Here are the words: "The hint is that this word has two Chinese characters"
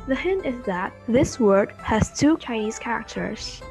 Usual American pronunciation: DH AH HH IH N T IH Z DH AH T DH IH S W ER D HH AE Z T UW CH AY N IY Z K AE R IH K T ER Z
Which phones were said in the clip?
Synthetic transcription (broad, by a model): DH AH HH IH N T IH Z DH AH T DH IH S W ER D HH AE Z T UW CH AY N IY Z K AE R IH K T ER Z